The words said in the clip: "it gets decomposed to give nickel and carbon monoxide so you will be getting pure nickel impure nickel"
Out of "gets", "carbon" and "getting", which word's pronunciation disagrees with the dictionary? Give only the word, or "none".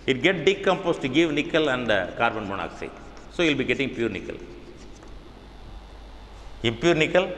gets